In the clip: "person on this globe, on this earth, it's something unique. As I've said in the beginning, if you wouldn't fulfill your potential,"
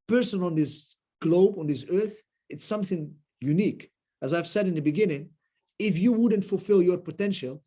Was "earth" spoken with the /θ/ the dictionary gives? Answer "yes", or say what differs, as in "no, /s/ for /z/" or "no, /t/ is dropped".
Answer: yes